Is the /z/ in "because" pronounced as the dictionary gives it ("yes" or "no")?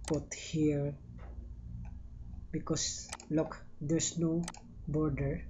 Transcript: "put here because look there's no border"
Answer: no